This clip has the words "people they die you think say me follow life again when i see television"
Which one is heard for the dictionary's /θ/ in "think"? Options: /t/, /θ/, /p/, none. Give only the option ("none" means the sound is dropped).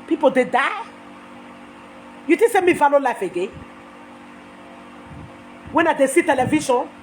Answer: /t/